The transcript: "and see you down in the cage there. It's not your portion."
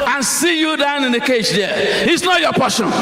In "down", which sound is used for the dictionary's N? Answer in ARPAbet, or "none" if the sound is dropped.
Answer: N